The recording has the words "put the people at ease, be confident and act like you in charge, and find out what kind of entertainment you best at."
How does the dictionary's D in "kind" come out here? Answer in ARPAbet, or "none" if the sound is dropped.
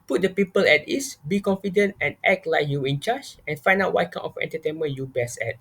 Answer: none